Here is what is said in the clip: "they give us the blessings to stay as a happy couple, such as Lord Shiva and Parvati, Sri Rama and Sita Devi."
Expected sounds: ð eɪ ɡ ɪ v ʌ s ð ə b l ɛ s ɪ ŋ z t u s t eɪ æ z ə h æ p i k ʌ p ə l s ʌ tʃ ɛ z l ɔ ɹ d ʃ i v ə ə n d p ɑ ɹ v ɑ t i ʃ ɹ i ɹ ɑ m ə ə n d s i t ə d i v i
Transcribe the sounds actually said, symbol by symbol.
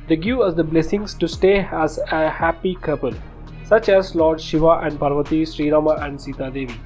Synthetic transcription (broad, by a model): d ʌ ɡ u ʌ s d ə b l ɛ s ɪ ŋ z t u s t eɪ æ z ə h æ p i k ʌ p ə l s ʌ tʃ ɛ z l ɔ ɹ d ʃ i v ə ə n d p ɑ ɹ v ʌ t i ʃ ɹ i ɹ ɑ m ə ə n d s i t ə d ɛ v i